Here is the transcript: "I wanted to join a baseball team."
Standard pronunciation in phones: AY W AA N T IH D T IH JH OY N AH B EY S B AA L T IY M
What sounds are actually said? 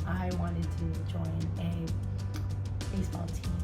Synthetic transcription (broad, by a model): AY W AA N T IH D T IH JH OY N AH B EY S B AA L T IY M